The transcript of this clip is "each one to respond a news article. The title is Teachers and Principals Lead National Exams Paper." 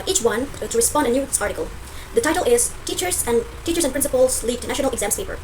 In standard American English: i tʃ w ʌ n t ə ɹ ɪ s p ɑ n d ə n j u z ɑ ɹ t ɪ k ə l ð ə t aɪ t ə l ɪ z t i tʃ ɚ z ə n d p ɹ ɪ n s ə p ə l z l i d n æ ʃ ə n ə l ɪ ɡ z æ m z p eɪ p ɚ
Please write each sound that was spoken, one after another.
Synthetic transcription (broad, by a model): i tʃ w ʌ n t ə ɹ ɪ s p ɑ n d ə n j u s ɑ ɹ t ɪ k ə l ð ə t aɪ t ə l ɪ z t i tʃ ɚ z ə n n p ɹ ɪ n s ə p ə l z l i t n æ ʃ ə n ə l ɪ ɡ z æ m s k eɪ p ɚ